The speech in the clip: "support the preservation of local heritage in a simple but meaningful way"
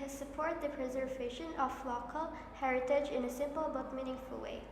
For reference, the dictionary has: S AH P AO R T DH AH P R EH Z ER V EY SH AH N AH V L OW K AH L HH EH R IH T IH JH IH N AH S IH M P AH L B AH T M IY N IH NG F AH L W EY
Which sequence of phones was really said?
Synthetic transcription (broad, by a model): S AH P AO R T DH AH P R EH Z ER V EY SH AH N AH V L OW K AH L HH EH R IH T IH JH IH N AH S IH M P AH L B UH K M IY N IH NG F AH L W EY